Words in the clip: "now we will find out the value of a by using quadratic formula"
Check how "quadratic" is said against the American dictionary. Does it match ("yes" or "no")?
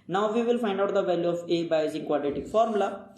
no